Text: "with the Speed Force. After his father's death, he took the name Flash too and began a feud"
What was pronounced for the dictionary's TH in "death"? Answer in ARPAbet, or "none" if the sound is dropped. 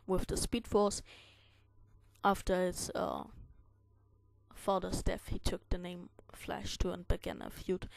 F